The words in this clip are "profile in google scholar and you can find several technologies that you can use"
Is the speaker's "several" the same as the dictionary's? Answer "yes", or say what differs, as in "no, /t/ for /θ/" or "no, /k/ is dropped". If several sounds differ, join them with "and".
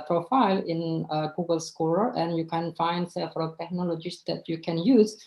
no, /f/ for /v/